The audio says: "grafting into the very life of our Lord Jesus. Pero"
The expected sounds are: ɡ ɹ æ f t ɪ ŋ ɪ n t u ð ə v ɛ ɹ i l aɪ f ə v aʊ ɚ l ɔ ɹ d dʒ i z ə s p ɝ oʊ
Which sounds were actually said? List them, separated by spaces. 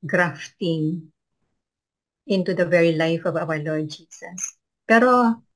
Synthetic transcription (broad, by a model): ɡ ɹ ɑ f t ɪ ŋ ɪ n t u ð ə v ɛ ɹ i l aɪ f ə v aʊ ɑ l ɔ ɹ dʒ i s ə s p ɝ oʊ